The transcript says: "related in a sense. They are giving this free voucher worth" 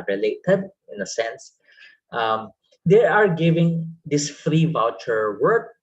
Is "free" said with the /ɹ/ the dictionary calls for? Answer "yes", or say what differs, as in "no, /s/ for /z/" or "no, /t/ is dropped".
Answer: yes